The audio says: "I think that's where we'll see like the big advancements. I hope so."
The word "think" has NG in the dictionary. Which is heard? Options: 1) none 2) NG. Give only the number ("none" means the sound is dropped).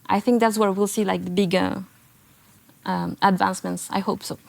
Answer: 2